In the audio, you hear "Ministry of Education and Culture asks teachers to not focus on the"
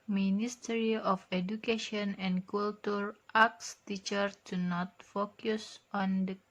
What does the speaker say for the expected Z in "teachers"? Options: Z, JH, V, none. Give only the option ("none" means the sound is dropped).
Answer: none